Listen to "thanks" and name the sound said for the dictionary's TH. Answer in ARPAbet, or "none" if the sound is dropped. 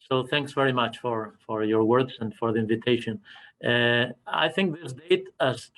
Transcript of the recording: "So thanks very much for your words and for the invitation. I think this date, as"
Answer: TH